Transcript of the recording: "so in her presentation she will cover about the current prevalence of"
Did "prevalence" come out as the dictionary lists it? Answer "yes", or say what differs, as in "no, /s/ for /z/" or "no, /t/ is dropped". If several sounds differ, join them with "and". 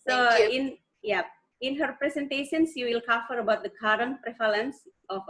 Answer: no, /f/ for /v/